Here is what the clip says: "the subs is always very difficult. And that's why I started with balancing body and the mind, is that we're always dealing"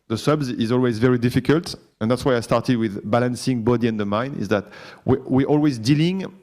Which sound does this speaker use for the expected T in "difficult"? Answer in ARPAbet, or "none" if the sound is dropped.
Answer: T